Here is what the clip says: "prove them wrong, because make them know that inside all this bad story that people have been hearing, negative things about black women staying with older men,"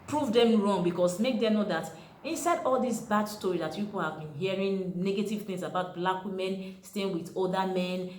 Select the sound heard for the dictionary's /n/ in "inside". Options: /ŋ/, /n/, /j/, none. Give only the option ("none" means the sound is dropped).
/n/